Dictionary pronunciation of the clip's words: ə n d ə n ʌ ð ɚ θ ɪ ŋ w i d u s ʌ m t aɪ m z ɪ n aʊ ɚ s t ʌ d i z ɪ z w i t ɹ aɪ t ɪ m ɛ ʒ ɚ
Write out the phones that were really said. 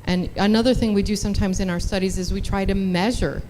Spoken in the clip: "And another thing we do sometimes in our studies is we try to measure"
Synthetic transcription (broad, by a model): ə n ə n ʌ ð ɚ θ ɪ ŋ w i d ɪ s ʌ m t aɪ m z ɪ n aʊ ɚ s t ʌ d i z ɪ z w i t ɹ aɪ t ɪ m ɛ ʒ ɚ